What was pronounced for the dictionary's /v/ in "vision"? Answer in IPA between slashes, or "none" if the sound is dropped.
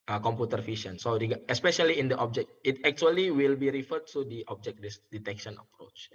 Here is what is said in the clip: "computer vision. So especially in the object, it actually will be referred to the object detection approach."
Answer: /f/